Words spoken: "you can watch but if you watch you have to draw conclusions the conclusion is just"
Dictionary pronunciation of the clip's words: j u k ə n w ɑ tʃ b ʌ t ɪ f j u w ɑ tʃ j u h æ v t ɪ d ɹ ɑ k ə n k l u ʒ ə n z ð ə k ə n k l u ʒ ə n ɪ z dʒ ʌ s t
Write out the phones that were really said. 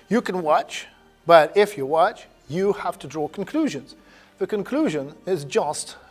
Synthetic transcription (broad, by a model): j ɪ k ə n w ɑ tʃ b ʌ t ɪ f j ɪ w ɑ tʃ j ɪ h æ f t ɪ d ɹ ɑ k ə n k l u ʒ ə n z ð ə k ə n k l u ʒ ə n ɪ z dʒ ʌ s t